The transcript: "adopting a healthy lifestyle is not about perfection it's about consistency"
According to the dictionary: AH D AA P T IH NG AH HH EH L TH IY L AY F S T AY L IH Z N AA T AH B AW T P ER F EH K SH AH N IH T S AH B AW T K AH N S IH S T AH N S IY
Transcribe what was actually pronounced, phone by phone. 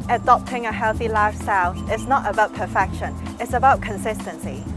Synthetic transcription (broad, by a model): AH D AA P T IH NG AH HH EH L TH IY L AY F S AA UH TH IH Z N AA T AH B AW T P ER F EH K SH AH N IH T S AH B AW T K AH N S IH S T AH N S IY